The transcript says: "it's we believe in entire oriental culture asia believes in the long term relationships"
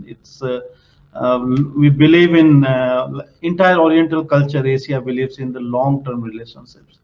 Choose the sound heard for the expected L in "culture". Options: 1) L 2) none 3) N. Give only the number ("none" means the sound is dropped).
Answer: 1